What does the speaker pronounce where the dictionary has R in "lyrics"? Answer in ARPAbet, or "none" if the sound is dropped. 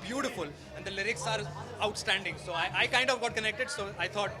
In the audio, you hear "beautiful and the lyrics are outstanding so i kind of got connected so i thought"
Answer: R